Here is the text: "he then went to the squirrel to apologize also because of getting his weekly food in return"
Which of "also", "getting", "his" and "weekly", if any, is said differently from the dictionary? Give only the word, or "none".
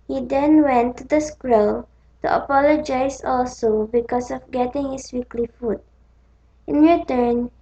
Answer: his